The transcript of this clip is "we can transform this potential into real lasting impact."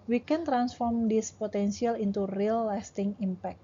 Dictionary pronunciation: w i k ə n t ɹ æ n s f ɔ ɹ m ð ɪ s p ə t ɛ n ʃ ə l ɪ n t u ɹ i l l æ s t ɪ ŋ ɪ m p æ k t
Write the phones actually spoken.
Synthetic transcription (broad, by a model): w i k ə n t ɹ æ n s f ɔ ɹ m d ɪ s p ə t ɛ n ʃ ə l ɪ n t u ɹ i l l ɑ s t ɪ ŋ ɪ m p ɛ k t